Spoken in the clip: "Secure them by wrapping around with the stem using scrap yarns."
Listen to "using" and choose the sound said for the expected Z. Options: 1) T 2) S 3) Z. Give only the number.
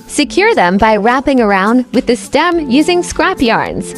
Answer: 3